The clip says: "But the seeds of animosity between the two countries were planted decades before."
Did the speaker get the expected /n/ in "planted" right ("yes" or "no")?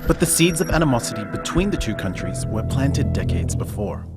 yes